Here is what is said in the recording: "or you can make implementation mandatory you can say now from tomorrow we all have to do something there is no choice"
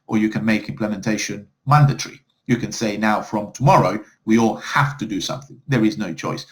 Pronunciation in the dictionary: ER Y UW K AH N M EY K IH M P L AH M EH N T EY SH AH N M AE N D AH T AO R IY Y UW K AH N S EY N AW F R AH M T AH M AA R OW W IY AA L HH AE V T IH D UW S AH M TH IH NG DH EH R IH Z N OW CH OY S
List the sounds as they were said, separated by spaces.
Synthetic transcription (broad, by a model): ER Y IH K AH N M EY K IH M P L AH M EH N T EY SH AH N M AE N D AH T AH R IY Y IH K AH N S EY N AW F R AH M T AH M AA R OW W IY AA L HH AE F T IH D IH S AH M TH IH NG DH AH R IH Z N OW CH OY S